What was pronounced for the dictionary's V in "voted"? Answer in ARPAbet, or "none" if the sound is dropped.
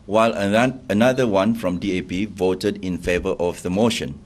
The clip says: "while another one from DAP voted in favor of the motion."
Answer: V